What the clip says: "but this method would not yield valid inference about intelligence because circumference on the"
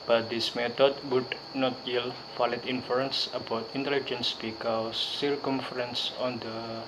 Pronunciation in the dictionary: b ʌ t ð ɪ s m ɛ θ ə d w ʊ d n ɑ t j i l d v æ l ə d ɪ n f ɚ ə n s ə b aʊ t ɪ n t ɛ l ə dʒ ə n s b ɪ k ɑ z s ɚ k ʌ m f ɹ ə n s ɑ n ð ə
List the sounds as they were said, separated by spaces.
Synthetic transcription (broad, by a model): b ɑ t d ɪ s m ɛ t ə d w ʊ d n ɑ t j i l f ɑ l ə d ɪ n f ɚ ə n s ə b aʊ t ɪ n t ɛ l ə dʒ ə n s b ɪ k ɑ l s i k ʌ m f ɹ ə n s ɑ n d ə